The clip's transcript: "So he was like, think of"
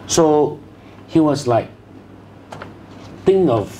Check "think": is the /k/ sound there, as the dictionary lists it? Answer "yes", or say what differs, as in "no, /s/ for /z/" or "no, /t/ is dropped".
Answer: no, /k/ is dropped